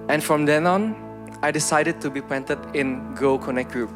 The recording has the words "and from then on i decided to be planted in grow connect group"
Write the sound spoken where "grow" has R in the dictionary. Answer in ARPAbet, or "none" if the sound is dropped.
none